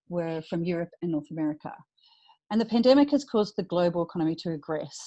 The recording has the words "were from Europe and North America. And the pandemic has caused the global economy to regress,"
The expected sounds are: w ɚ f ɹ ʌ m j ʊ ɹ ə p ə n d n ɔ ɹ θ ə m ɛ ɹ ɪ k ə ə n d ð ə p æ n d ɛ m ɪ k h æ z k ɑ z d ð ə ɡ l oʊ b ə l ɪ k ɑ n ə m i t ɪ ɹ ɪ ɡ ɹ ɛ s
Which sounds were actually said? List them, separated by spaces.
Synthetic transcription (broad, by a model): w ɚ f ɹ ʌ m j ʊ ɹ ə p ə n n ɔ ɹ θ ə m ɛ ɹ ɪ k ə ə n ð ə p æ n d ɛ m ɪ k h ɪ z k ɑ z ð ə ɡ l oʊ b ə l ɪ k ɑ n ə m i t ɪ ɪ ɡ ɹ ɛ s